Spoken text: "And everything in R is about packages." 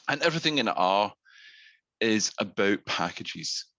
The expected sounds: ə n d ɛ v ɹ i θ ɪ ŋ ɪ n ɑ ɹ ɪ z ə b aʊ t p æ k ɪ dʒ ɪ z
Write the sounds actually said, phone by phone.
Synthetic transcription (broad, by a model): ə n ɛ v ɹ i θ ɪ ŋ ɪ n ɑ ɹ ɪ z ə b aʊ t p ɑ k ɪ dʒ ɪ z